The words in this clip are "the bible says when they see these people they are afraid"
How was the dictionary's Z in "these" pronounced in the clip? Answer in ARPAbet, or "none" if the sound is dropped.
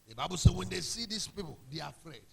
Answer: S